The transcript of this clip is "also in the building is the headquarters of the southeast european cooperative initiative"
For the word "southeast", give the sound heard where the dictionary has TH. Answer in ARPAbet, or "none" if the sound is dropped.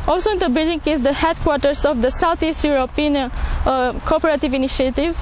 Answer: T